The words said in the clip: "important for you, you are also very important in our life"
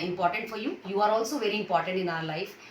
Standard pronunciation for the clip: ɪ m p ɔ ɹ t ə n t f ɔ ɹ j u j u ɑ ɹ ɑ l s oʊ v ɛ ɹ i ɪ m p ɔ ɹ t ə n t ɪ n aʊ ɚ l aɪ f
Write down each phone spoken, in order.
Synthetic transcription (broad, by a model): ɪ m p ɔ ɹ t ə n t f ɔ ɹ j u j u ɑ ɹ ɑ l s oʊ v ɛ ɹ i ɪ m p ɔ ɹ t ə n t ɪ n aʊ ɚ l aɪ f